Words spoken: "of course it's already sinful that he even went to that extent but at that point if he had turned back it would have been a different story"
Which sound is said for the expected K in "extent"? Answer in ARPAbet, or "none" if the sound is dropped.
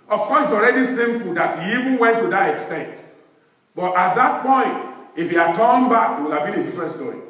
K